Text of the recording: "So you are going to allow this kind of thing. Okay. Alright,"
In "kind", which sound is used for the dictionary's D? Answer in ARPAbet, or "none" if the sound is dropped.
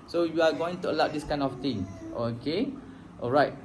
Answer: none